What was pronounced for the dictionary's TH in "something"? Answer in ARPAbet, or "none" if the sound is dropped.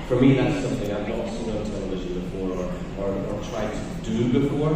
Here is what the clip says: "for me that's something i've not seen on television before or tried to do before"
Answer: TH